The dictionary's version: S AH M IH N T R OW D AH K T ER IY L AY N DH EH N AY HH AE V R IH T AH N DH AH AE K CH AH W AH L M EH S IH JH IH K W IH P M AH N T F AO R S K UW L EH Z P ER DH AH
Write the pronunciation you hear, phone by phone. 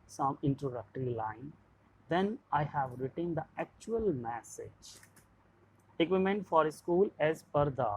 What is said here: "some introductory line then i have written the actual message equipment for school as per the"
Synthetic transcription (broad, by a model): S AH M IH N T R OW D AH K T ER IY L AY N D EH N AY HH AE V R IH T AH N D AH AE K CH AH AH L M EH S IH JH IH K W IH M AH N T F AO R S K UW L EH Z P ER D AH